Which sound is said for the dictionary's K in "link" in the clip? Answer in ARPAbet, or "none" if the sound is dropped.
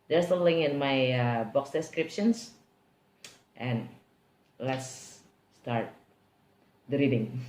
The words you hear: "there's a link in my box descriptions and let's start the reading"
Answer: none